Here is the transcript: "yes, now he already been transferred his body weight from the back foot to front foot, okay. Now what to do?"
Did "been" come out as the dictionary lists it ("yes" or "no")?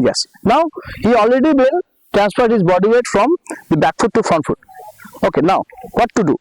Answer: no